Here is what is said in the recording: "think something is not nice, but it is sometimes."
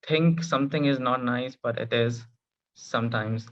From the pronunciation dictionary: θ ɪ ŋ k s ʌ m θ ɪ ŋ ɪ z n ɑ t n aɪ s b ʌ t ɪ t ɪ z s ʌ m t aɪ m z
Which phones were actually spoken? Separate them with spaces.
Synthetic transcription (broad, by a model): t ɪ ŋ k s ʌ m t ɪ ŋ ɪ z n ɑ t n aɪ s b ʌ t ɪ t ɪ z s ʌ m t aɪ m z